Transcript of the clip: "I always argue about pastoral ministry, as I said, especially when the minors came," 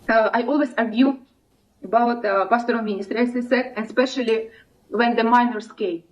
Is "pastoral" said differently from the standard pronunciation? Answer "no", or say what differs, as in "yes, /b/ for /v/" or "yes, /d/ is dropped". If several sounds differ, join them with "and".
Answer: yes, /n/ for /l/